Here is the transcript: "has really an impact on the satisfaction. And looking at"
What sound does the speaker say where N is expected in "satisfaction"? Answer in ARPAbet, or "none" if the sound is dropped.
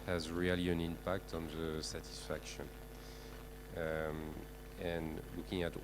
N